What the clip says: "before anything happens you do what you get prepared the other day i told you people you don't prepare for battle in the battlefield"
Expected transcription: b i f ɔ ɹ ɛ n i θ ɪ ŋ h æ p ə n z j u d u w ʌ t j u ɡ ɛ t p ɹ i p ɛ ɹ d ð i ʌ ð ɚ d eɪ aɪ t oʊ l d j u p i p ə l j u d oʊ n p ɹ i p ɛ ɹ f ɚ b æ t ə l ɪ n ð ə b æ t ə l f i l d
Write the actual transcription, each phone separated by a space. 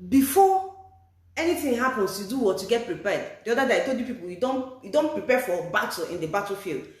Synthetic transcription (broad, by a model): b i f ɔ ɛ n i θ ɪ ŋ h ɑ p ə n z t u d u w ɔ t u ɡ ɛ t p ɹ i p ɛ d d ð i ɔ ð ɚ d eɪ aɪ t oʊ l d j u p i p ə n j u d oʊ n p ɹ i p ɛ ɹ f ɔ b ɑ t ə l ɪ n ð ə b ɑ t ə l f i l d